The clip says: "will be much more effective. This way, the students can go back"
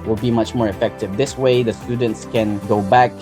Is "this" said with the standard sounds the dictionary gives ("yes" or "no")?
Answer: yes